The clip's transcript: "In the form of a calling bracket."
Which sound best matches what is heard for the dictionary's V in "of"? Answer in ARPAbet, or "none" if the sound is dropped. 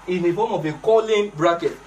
B